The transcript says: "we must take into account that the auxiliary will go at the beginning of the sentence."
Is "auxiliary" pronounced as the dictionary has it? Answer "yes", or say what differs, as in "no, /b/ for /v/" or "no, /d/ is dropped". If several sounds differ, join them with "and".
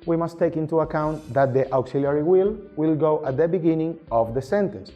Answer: no, /w/ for /ɹ/